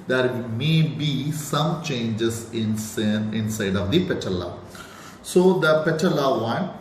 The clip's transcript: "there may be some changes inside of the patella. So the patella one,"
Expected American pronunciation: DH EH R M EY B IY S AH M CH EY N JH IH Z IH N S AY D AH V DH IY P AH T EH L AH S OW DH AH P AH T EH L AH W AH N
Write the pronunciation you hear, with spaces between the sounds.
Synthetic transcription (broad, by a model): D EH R M EY B IY S AH M CH EY N JH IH S IH N S AY D AH V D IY P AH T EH L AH S OW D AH P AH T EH L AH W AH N